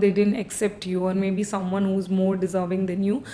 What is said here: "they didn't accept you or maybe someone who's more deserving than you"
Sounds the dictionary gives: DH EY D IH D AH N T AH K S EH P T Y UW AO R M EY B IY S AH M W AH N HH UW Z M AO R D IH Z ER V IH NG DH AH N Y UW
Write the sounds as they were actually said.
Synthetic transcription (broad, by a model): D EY D IH D AH N T AH K S EH P T Y UW AO R M EY B IY S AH M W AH N HH UW Z M AO R D IH Z ER V IH NG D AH N Y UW